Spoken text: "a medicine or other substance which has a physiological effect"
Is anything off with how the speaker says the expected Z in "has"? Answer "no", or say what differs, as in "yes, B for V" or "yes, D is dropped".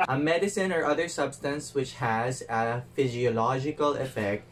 no